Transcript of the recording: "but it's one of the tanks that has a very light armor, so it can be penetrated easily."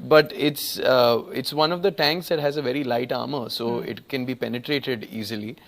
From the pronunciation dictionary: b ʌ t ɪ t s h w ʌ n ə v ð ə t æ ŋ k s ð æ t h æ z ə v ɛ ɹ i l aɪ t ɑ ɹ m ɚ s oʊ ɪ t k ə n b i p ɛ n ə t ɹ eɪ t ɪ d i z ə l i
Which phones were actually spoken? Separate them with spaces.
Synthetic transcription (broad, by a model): b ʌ t ɪ t s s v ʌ n ə v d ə t æ ŋ k s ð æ t h æ z ə v ɛ ɹ i l aɪ t ɑ ɹ m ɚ s oʊ ɪ t k ə n b i p ɛ n ə t ɹ eɪ t ɪ d i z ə l i